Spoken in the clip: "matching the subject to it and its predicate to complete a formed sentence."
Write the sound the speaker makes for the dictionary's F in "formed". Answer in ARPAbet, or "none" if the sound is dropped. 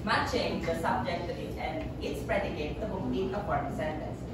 P